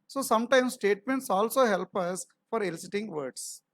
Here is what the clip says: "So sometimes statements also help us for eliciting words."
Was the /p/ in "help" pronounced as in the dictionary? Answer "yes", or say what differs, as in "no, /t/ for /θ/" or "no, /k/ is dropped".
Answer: yes